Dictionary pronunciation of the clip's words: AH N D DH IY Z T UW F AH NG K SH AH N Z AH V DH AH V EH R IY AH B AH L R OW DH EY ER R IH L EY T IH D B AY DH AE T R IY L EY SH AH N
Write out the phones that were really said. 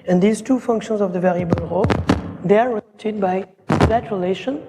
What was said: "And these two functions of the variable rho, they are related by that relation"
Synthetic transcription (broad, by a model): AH N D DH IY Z T UW F AH NG K SH AH N Z AH V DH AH V EH R IY AH B AH L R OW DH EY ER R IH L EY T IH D B AY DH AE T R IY L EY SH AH N